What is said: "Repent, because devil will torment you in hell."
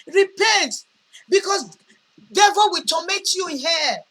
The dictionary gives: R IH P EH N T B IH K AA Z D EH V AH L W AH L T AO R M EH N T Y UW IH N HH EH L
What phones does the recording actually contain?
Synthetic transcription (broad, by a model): R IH P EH N T B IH K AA S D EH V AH W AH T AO M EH T Y UW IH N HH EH